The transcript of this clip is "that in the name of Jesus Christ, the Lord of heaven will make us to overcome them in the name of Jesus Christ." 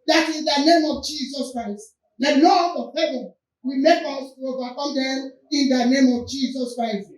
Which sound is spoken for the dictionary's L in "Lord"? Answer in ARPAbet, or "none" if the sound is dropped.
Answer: N